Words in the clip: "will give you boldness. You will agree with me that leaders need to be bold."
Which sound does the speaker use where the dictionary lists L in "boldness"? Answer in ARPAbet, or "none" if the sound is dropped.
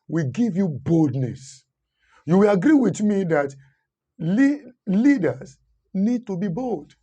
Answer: L